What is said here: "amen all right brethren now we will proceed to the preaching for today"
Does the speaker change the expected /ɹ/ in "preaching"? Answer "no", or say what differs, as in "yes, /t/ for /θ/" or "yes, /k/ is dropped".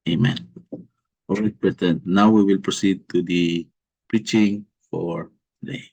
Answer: no